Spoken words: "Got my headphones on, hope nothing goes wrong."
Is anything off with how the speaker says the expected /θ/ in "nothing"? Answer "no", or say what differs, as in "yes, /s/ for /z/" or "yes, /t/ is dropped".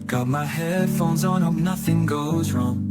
no